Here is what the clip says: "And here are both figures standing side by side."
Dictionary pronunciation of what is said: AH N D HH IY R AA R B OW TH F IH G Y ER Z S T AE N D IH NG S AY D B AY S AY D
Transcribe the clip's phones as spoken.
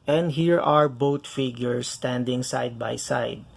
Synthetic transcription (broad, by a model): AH N D HH IY R AA R B OW T F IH G Y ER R S T AE N D IH NG S AY D B AY S AY D